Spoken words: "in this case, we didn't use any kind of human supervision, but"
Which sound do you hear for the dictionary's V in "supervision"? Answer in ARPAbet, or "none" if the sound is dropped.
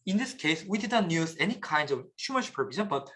B